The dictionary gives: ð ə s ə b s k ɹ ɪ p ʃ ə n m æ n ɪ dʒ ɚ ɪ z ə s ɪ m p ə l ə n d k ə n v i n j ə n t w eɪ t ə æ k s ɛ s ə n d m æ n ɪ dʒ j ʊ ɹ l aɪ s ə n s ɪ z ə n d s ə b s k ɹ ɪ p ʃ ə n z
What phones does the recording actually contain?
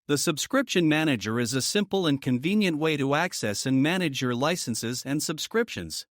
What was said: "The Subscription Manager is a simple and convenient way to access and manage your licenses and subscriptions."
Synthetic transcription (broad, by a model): ð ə s ə b s k ɹ ɪ p ʃ ə n m æ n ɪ dʒ ɚ ɪ z ə s ɪ m p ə l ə n k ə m v i n j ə n t w eɪ t ə æ k s ɛ s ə n m æ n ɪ dʒ j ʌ ɹ l aɪ s ə n s ɪ z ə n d s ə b s k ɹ ɪ p ʃ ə n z